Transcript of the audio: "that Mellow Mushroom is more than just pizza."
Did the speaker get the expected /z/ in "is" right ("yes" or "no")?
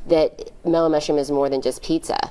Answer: yes